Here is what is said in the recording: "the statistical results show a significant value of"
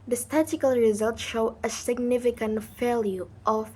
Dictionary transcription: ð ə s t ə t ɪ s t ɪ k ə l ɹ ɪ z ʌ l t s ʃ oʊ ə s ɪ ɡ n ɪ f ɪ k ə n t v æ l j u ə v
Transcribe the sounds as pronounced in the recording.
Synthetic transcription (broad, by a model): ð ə s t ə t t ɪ k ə l ɹ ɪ z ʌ l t ʃ oʊ ə s ɪ ɡ n ɪ f ɪ k ə n t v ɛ l j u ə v